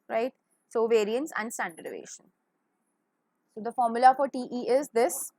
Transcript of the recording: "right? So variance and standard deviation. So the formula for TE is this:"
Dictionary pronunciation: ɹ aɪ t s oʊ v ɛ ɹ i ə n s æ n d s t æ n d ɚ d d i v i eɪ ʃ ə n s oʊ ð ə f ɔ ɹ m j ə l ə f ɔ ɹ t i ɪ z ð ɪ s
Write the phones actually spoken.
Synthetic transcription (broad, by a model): ɹ aɪ t s oʊ v ɛ ɹ i ə n s æ n d s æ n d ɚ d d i v eɪ ʃ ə n s oʊ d ə f ɔ ɹ m j ə l ə f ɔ ɹ t i ɪ z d ɪ s